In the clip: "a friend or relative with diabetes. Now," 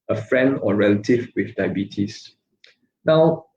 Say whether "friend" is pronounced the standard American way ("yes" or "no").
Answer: yes